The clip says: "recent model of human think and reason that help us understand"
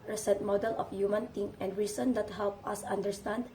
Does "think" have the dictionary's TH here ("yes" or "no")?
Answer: no